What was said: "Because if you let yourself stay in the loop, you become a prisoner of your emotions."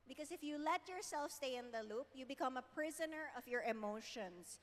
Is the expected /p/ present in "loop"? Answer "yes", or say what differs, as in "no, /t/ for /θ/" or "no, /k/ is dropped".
yes